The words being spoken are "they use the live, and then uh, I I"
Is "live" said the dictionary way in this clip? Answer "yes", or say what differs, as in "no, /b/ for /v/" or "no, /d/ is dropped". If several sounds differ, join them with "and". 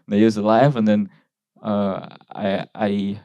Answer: yes